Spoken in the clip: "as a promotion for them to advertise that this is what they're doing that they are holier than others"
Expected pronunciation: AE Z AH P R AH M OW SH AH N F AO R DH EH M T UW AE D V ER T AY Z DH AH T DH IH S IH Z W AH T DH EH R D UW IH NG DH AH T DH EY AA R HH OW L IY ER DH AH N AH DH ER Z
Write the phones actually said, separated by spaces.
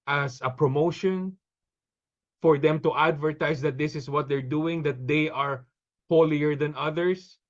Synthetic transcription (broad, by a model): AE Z AH P R AH M OW SH AH N F AO R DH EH M T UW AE D V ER T AY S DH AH T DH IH S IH S W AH T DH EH R D UW IH NG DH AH T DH EY AA R HH OW L IY ER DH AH N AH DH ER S